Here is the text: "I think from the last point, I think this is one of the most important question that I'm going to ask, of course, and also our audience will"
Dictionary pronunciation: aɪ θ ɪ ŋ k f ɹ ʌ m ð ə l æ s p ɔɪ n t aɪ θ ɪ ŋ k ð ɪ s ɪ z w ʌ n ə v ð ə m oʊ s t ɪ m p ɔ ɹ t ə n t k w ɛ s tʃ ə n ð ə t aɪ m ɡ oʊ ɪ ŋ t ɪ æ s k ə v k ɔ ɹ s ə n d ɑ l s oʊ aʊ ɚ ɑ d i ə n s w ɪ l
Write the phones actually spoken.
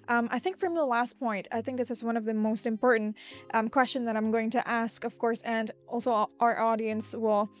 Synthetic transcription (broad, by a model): aɪ θ ɪ ŋ k f ɹ ʌ m ð ə l æ s p ɔɪ n t aɪ θ ɪ ŋ k ð ɪ s ɪ z w ʌ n ə v ð ə m oʊ s t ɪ m p ɔ ɹ t n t k w ɛ s tʃ ə n ð ə t aɪ m ɡ oʊ ɪ ŋ t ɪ æ s k ə v k ɔ ɹ s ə n ɑ l s oʊ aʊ ɚ ɑ d i ə n s w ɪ l